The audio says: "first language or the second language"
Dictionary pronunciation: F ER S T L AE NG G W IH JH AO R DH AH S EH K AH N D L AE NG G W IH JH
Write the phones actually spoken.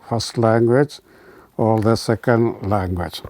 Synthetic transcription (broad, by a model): F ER S T L AE NG G W IH JH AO L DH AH S EH K AH N D L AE NG G W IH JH